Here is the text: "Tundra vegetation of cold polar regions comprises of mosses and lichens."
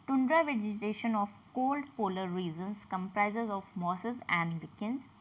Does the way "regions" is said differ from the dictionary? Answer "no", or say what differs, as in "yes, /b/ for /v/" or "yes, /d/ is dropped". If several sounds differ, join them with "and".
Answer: yes, /z/ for /dʒ/